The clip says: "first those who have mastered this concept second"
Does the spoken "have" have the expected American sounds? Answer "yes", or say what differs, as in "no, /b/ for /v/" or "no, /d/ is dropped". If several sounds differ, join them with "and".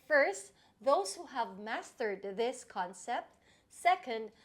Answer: yes